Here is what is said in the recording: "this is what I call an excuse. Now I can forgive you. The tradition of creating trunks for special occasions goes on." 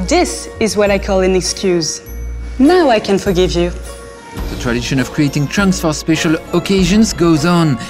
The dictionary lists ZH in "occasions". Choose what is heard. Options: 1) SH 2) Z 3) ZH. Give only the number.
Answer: 3